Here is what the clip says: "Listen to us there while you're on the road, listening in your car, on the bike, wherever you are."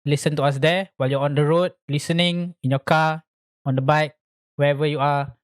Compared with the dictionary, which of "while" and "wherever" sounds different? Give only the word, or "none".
wherever